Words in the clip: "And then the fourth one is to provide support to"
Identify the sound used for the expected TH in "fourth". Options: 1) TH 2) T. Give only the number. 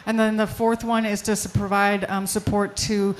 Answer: 1